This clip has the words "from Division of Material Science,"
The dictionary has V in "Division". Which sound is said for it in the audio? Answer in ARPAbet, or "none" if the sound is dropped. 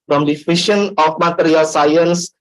F